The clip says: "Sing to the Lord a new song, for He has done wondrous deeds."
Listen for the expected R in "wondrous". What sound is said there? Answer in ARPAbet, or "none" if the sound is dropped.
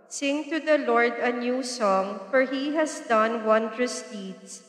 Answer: R